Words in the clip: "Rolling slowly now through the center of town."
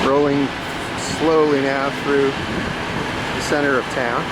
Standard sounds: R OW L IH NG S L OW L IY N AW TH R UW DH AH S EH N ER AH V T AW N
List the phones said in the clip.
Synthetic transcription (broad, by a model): R OW L IH NG S L OW L IY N AW TH R UW DH AH S EH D ER AH V T AW N